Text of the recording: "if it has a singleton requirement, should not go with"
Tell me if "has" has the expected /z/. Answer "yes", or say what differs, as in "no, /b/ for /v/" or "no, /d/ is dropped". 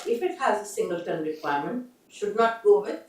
yes